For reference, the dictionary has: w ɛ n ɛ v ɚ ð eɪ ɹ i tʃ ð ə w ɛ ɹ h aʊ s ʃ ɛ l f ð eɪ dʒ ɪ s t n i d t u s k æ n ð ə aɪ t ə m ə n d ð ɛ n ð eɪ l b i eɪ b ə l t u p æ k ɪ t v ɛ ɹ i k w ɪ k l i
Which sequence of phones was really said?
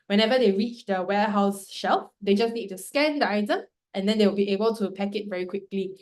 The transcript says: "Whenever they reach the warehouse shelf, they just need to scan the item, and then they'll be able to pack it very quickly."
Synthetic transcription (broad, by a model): w ɛ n ɛ v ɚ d eɪ ɹ i tʃ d ə w ɛ h aʊ s ʃ ɛ l f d eɪ dʒ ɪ s n i d t u s k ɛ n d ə aɪ t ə m ə n d ɛ n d eɪ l b i eɪ b ə l t u p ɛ k ɪ t v ɛ ɹ i k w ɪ k l i